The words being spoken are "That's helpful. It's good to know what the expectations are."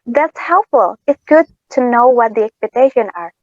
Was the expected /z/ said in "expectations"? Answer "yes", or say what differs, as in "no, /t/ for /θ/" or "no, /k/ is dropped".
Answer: no, /z/ is dropped